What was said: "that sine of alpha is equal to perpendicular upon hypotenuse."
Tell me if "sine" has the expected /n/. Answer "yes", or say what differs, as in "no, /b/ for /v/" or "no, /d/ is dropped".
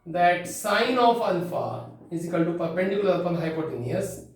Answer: yes